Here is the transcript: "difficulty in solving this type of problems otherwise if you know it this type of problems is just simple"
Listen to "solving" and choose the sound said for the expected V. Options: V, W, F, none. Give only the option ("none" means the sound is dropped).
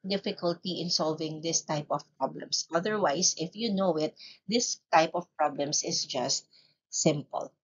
V